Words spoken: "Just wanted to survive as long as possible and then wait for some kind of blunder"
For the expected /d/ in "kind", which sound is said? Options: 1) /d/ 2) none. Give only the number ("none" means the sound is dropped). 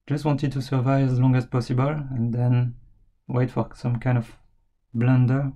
1